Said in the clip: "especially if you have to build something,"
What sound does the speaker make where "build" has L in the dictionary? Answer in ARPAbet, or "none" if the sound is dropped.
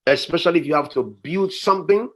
L